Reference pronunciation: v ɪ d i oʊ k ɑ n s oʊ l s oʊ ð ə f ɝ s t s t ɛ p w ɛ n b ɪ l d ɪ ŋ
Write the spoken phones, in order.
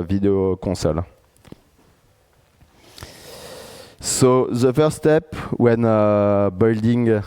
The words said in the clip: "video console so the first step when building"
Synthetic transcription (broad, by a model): v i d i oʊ k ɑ s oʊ l s oʊ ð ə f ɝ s s t ɛ p w ɛ n b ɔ l d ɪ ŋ